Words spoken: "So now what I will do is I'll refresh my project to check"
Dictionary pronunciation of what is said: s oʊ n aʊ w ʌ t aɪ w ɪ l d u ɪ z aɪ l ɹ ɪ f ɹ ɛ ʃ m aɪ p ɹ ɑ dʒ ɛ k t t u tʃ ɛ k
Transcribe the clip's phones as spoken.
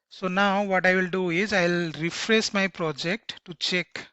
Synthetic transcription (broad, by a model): s oʊ n aʊ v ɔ t aɪ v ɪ l d u ɪ z aɪ l ɹ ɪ f ɹ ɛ s m aɪ p ɹ ɑ dʒ ɛ k t t u tʃ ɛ k